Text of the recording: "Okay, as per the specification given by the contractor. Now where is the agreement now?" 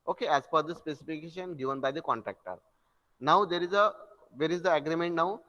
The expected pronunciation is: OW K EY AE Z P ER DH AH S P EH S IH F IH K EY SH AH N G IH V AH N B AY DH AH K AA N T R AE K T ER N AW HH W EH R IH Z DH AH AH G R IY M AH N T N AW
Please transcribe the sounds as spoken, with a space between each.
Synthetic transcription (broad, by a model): OW K EY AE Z F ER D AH S P EH S IH F IH K EY SH AH N G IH V AH N B AY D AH K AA N T R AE K T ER N AW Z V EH R IH Z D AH AH G R IY M AH N T N AW